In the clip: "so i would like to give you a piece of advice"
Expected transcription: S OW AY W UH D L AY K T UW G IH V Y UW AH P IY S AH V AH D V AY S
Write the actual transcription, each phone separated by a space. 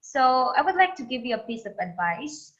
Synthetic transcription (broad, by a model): S OW AY W UH D L AY K T UW G IH V Y UW AH P IY S AH V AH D V AY S